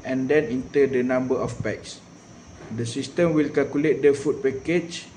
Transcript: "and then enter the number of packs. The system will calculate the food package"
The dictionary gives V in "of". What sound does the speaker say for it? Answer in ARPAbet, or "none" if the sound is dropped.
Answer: F